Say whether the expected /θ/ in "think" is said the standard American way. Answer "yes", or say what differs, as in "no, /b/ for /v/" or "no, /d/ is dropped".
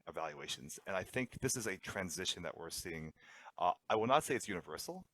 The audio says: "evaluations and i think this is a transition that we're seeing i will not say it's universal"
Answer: yes